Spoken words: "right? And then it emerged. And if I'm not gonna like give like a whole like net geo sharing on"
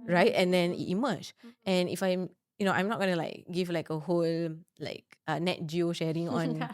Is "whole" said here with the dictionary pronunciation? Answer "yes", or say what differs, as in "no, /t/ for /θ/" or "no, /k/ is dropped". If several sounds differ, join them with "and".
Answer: yes